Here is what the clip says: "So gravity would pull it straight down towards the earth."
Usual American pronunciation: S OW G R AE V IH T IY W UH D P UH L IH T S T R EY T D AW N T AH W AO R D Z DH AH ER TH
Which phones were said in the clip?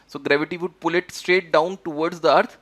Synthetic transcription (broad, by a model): S OW G R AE V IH T IY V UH D P UH L IH T S T R EY T D AW N T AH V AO R D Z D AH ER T